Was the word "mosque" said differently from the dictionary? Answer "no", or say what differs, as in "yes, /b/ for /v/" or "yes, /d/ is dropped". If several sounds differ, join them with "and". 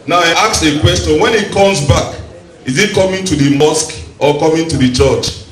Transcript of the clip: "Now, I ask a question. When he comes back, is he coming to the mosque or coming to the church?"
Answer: no